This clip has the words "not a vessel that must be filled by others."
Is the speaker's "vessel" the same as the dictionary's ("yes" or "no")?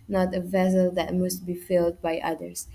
yes